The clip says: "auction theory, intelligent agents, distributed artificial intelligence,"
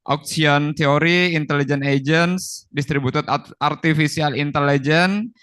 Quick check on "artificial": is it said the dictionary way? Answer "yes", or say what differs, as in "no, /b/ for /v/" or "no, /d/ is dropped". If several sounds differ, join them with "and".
no, /s/ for /ʃ/